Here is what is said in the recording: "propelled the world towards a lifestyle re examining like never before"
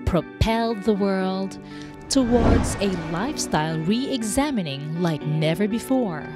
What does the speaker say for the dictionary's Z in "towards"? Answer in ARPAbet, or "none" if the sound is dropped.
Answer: Z